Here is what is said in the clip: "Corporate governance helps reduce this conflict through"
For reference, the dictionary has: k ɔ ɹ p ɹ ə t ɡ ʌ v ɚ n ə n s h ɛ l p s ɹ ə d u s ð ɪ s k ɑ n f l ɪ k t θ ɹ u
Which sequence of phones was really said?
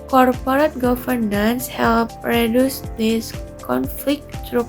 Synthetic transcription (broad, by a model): k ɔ ɹ p ɹ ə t ɡ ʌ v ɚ n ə n s h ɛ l p ɹ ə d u s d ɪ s k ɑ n f l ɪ k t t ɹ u